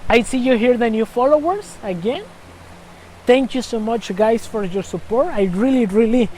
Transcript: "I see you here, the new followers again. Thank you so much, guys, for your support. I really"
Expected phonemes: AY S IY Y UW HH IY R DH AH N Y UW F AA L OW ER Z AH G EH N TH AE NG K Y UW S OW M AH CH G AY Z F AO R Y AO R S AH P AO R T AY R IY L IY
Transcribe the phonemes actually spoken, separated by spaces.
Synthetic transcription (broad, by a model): AY S IY Y UW HH IY R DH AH N Y UW F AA L OW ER S AH G EH N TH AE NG K Y UW S OW M AH CH G AY S F AO R Y AO R S AH P AO R T AY R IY L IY